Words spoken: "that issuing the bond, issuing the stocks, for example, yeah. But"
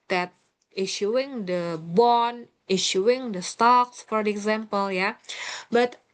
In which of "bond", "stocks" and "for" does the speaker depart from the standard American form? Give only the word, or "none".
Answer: bond